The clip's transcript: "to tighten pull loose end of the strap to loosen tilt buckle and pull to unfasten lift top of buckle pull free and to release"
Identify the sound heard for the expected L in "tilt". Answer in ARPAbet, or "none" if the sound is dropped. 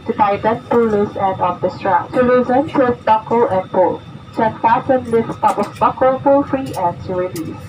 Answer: none